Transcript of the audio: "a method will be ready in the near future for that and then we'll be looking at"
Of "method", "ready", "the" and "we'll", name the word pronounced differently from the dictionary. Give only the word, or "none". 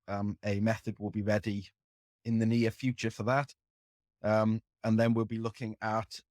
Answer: none